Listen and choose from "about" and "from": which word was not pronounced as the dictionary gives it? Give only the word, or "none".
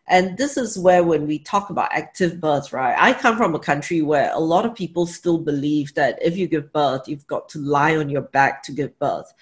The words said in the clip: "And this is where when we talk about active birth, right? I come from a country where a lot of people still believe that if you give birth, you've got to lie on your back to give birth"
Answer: none